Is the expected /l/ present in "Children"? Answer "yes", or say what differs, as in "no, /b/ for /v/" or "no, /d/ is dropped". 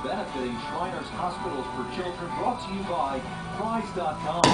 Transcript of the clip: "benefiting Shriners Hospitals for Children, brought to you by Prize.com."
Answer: no, /l/ is dropped